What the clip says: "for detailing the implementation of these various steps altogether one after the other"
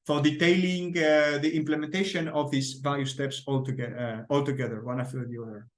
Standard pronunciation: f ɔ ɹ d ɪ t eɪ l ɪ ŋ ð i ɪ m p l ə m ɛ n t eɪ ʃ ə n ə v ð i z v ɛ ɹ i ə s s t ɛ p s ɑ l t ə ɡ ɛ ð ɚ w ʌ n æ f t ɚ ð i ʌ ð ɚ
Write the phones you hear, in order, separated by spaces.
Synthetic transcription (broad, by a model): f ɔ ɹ d ɪ t eɪ l ɪ ŋ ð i ɪ m p l ə m ɛ n t eɪ ʃ ə n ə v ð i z v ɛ l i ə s s t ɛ p s ɑ l t ə ɡ ɛ ð ɚ w ʌ n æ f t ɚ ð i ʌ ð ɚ